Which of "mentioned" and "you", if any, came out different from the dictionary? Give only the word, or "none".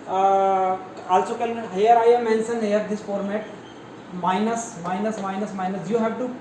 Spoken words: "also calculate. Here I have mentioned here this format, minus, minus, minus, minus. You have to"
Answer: mentioned